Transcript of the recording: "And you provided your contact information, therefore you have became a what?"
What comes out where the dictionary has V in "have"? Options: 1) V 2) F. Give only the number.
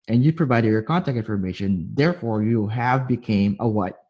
1